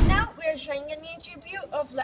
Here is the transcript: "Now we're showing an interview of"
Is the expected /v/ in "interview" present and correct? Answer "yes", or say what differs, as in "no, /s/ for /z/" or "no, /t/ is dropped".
no, /b/ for /v/